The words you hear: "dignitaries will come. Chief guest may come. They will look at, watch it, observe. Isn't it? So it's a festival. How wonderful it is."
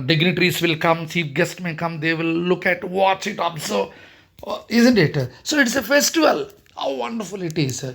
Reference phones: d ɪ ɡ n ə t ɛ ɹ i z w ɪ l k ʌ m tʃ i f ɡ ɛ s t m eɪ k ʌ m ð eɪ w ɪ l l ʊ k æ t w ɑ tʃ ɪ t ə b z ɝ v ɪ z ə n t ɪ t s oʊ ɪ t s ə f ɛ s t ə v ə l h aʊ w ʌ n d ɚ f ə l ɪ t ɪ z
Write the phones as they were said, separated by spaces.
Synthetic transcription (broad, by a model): d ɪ ɡ n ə t ɹ i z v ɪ l k ʌ m s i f ɡ ɛ s t m eɪ k ʌ m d eɪ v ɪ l l ʊ k æ t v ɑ tʃ ɪ t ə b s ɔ ɪ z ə n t ɪ t s oʊ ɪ t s ə f ɛ s t ə v ə l h aʊ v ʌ n d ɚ f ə l ɪ t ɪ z